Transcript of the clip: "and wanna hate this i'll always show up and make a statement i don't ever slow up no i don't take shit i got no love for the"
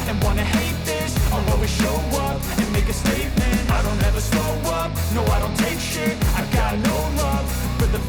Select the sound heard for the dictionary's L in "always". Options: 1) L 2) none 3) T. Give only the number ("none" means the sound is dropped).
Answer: 2